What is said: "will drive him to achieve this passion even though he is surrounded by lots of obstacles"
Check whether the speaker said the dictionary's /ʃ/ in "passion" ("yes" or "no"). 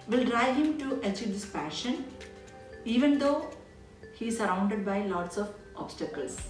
yes